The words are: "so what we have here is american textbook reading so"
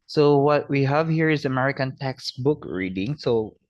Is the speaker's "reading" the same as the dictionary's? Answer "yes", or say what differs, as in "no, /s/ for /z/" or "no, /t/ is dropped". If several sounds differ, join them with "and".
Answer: yes